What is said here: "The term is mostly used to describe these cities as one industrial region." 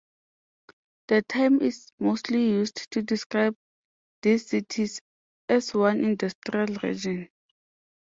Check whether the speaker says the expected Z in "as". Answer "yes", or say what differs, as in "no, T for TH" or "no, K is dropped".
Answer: no, S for Z